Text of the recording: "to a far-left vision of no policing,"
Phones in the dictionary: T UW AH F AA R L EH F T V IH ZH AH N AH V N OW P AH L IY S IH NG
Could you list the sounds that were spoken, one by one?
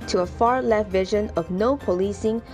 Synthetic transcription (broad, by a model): T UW AH F AA R L EH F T V IH ZH AH N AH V N OW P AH L IY S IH NG